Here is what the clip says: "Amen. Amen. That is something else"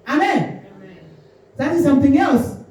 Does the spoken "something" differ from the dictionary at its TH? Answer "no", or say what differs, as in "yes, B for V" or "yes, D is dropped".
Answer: no